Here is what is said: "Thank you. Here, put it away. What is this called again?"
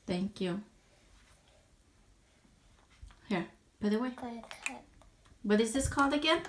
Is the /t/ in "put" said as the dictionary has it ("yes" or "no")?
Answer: no